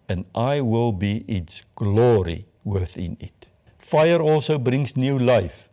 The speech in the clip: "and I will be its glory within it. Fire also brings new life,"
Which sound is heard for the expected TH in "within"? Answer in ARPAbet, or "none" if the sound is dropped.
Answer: TH